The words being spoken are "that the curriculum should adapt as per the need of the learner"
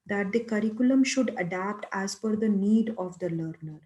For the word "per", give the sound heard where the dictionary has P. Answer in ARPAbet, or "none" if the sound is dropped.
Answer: F